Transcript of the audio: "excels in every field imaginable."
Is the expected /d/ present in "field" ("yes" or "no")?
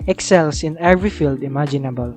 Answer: yes